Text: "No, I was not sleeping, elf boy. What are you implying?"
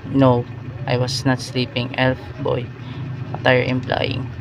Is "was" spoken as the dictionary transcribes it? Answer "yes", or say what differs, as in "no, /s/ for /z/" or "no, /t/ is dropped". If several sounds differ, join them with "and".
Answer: no, /s/ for /z/